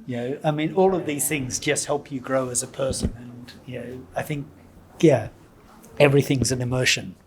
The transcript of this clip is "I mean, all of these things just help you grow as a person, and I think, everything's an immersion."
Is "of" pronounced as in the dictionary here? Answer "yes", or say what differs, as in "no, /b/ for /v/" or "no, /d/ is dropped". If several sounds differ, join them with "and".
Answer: yes